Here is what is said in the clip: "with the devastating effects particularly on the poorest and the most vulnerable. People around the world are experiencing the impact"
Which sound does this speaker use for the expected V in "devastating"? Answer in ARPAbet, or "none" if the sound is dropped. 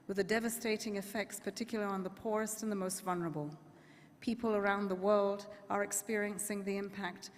V